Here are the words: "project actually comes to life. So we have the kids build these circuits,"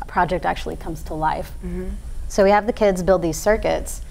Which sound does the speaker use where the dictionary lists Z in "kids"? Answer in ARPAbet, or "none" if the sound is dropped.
Z